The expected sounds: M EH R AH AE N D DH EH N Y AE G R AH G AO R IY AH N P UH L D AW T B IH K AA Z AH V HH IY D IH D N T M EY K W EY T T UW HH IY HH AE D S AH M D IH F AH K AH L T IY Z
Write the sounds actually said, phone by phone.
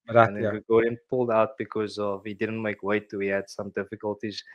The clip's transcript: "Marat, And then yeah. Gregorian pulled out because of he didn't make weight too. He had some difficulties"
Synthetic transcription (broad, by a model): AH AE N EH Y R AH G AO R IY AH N P UH L D AW T B IH K AA Z AH V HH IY D IH D N T M EY K W EY T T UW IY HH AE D S AH M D IH F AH K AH L T IY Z